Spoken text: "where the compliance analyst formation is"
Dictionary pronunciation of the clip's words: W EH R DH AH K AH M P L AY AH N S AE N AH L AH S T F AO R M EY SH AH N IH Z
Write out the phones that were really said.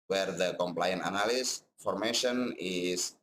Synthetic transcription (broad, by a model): W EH R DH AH K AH M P L AY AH N AA N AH L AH S F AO R M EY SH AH N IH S